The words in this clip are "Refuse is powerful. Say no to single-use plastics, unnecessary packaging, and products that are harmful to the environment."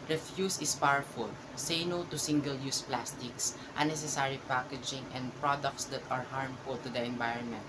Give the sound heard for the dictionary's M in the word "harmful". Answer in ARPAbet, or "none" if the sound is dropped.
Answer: M